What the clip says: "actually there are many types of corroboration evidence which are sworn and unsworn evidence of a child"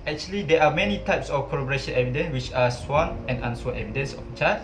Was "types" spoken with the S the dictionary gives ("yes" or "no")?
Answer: yes